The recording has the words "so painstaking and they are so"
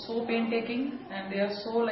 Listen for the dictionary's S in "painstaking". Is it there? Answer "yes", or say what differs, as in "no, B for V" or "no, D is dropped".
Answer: no, S is dropped